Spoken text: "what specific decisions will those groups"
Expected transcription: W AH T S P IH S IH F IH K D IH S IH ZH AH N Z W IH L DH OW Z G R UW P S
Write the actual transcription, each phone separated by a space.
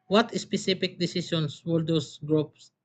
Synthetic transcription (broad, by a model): W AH T S P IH S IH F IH K D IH S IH S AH N S W IH L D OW S G R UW P S